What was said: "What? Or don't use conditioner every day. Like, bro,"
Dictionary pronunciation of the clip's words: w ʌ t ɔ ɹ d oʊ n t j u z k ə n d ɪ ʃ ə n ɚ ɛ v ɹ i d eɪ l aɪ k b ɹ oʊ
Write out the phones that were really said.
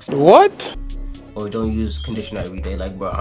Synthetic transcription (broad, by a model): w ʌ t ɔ w d oʊ n t j u z k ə n d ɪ ʃ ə n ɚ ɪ ɹ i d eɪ l aɪ k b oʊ